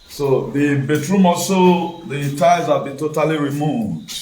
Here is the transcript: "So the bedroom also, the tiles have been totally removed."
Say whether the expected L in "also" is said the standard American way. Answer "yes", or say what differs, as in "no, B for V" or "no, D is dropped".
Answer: no, L is dropped